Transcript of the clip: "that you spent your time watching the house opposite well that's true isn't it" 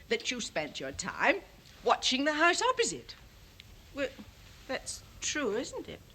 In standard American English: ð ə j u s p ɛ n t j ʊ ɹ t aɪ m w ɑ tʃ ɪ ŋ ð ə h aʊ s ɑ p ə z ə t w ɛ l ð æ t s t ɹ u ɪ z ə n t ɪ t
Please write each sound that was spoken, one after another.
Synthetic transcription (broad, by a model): ð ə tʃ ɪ s p ɛ n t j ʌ ɹ t aɪ m w ɑ tʃ ɪ ŋ ð ə h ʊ s ɑ p ə z ə t w ɛ l ð æ t s t ɹ u ɪ z n t ɪ t